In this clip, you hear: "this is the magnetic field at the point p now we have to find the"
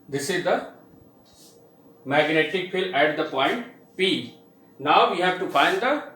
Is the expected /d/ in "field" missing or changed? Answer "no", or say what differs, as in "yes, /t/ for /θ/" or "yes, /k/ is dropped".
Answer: yes, /d/ is dropped